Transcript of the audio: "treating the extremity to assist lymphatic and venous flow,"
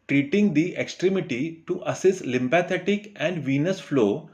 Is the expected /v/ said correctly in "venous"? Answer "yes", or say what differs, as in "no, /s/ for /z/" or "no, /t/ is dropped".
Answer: yes